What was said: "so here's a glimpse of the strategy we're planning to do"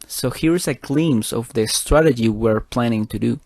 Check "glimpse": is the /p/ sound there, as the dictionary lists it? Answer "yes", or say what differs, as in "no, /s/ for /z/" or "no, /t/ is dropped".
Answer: no, /p/ is dropped